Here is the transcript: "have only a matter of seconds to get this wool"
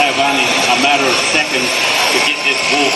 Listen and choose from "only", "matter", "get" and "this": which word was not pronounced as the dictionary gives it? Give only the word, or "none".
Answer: only